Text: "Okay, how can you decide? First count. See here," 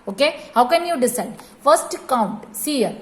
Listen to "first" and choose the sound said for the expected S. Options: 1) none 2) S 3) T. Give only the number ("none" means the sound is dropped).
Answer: 2